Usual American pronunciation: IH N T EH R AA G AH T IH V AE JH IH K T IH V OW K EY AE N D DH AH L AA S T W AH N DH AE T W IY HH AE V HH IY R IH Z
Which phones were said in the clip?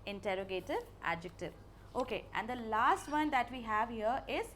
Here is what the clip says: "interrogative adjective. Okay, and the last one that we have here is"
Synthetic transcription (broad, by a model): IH N T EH R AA G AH T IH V AE JH IH K T IH V OW K EY AE N D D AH L AA S T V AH N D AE T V IY HH AE V HH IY R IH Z